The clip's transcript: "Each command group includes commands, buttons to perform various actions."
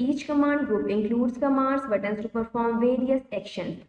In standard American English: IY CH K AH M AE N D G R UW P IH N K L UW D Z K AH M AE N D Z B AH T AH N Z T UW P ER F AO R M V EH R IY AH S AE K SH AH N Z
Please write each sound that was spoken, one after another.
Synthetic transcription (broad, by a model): IY CH K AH M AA N D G UW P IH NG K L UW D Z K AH M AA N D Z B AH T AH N S T UW P ER F AO R M V EH R IY AH S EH K SH AH N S